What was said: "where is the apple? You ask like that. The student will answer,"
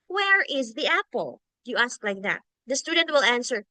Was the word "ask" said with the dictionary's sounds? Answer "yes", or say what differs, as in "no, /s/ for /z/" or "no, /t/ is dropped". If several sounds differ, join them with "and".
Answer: yes